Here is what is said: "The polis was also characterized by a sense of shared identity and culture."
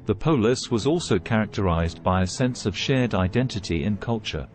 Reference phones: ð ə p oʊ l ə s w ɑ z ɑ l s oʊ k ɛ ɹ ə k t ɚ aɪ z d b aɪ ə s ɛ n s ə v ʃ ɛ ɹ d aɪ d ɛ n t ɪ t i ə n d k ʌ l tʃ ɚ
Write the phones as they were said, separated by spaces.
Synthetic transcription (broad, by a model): ð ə p oʊ l ə s w ɑ z ɑ l s oʊ k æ ɹ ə k t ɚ aɪ z b aɪ ə s ɛ n s ə v ʃ ɛ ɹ d aɪ d ɛ n t ɪ t i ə n k ʌ l tʃ ɚ